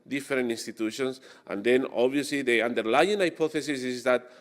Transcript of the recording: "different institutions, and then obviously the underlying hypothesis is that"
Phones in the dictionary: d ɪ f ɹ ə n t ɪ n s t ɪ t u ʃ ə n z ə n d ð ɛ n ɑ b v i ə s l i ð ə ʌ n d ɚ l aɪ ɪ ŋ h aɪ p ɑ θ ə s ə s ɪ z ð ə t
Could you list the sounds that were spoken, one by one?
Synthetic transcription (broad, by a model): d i f ɹ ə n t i n s t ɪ t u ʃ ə n s ə n d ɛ n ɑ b i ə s l i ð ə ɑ n d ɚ l aɪ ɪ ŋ aɪ p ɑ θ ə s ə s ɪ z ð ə t